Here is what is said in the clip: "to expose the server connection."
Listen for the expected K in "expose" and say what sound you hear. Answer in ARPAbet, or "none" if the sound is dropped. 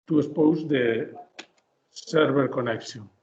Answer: none